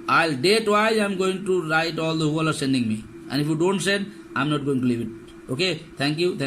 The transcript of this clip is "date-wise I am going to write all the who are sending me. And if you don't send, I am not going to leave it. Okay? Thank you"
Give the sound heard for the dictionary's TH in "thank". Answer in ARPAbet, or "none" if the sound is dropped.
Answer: T